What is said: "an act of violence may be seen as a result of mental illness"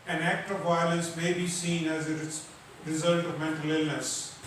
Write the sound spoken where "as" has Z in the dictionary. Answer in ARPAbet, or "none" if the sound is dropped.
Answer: Z